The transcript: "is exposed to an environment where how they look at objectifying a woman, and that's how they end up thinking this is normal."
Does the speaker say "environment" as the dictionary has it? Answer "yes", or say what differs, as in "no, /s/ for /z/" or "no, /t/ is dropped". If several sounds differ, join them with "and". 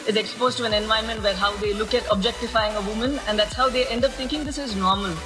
no, /ɹ/ is dropped